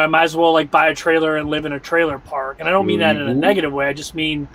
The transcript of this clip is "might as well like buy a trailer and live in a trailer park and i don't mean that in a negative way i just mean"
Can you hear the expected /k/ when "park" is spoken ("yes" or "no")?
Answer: yes